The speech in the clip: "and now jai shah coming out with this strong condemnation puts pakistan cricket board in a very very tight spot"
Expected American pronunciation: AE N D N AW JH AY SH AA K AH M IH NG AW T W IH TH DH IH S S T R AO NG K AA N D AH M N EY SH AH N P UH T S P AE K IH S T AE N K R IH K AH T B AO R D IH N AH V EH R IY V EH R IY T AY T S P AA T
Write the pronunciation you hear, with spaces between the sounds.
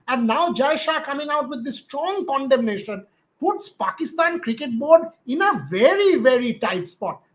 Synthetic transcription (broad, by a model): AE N D N AW JH AY SH AA K AH M IH NG AW T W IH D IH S S T R AO NG K AA N D AH M N EY SH AH N P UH T S P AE K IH S T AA N K R IH K AH T B AO R D IH N AH V EH R IY V EH R IY T AY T S P AA T